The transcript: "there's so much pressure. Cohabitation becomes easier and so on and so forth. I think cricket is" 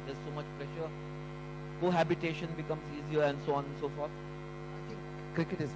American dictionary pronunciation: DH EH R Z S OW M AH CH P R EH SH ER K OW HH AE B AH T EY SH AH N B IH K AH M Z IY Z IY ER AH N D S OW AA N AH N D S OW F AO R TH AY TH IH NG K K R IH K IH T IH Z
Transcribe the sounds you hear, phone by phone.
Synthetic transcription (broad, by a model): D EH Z S OW M AH CH P R EH SH ER K OW HH AE B AH T EY SH AH N B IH K AH M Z IY Z IY ER AH N D S OW AA N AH N S OW F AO R T AY T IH NG K K R IH K IH T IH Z